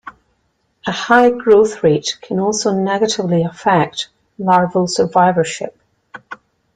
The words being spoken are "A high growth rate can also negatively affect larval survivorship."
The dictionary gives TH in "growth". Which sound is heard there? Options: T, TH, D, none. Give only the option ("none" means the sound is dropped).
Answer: TH